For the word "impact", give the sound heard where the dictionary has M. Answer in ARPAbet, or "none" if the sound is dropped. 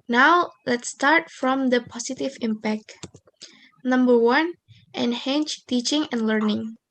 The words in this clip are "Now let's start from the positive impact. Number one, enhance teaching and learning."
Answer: M